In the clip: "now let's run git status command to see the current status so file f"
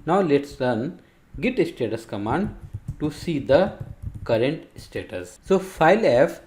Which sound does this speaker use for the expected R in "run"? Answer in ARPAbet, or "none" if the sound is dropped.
L